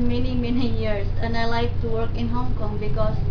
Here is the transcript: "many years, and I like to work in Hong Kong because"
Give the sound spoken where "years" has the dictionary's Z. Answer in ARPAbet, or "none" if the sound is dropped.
S